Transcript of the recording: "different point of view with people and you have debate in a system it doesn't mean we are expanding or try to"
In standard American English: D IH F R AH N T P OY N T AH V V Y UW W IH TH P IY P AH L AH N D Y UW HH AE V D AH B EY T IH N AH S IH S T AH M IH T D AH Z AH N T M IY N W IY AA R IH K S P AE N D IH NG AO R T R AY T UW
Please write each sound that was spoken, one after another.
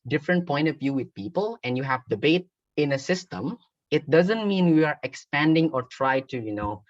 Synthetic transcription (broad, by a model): D IH F R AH N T P OY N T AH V V Y UW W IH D P IY P AH L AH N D Y UW HH AE V D AH B EY T IH N AH S IH S T AH M IH T D AH Z AH N T M IY N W IY AA R IH K S P AE N D IH NG AO R T R AY T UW